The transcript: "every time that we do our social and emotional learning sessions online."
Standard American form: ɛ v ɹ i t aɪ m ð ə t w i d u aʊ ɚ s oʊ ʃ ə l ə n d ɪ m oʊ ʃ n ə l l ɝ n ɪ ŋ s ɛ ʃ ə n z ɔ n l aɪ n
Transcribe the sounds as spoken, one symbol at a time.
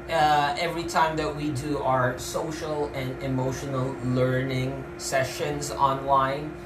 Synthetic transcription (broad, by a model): ɛ v ɹ i t aɪ m ð ə t w i d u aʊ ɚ s oʊ ʃ ə l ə n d ɪ m oʊ ʃ n ə l l ɝ n ɪ ŋ s ɛ ʃ ə n z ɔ n l aɪ n